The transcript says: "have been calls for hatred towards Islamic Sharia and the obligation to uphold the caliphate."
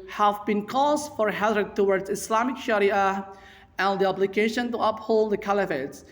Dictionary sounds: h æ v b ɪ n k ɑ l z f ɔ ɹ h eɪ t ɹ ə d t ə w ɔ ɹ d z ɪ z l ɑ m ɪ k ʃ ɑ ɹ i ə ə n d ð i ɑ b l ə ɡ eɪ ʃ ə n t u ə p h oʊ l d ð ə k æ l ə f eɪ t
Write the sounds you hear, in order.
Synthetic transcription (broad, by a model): h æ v b ɪ n k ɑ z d f ɔ ɹ h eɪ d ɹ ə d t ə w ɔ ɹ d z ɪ s l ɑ m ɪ k ʃ ɑ ɹ i ə ə n d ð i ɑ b l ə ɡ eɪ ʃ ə n t u ə p h oʊ l d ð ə k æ l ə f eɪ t